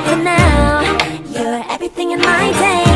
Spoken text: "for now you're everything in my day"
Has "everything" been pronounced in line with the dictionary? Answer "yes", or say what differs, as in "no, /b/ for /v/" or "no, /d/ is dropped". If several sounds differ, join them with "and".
yes